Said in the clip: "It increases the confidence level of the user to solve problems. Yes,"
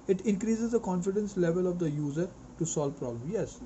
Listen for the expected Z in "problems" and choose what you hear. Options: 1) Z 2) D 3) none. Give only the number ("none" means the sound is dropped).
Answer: 3